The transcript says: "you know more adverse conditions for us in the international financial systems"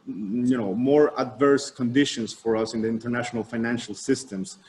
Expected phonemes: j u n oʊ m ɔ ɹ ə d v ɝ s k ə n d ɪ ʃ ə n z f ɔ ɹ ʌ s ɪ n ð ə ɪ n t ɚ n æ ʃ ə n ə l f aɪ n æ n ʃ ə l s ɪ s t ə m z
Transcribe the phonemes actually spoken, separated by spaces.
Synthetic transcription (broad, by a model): j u n oʊ m ɔ ɹ ə d v ɝ s k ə n d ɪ ʃ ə n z f ɔ ɹ ʌ s ɪ n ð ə ɪ n t ɚ n æ ʃ ə n ə l f aɪ n æ n ʃ ə l s ɪ s t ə m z